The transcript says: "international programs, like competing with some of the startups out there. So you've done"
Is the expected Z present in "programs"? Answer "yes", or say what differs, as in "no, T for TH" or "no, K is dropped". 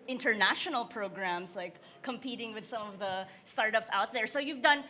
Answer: no, S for Z